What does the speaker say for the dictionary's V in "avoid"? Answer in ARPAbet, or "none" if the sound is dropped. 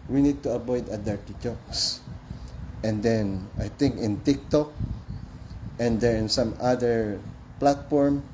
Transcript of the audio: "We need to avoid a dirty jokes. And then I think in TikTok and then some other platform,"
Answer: B